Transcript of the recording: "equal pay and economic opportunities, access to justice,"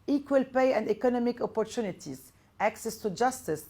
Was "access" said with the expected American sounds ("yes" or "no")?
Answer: yes